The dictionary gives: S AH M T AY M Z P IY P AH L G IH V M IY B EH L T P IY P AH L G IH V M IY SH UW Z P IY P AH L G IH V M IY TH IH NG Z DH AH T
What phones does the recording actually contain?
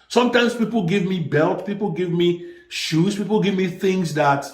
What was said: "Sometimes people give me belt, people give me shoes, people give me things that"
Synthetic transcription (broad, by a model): S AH M T AY M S P IY P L G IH V M IY B EH L T P IY P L G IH V M IY SH UW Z P IY P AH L G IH V M IY TH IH NG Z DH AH T